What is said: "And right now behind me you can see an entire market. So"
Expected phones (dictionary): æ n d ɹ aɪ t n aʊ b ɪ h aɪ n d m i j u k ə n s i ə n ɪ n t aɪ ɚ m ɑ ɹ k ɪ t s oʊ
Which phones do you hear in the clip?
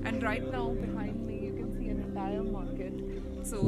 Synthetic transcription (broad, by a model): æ n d ɹ aɪ t n aʊ b ɪ h aɪ n d m i j u k ə n s i ə n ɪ l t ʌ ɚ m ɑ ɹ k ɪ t s oʊ